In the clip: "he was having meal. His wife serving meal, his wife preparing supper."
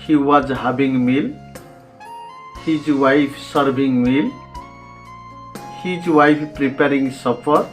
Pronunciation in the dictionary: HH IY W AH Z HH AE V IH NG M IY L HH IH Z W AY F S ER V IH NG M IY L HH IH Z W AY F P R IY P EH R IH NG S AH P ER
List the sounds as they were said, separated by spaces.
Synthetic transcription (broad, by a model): HH IY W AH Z HH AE B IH NG M IY L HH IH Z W AY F S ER B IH NG M IY L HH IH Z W AY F P R IY P EH R IH NG S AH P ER